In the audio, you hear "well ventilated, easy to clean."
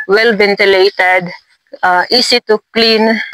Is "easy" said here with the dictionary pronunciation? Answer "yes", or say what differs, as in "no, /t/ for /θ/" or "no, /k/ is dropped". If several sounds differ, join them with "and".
no, /s/ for /z/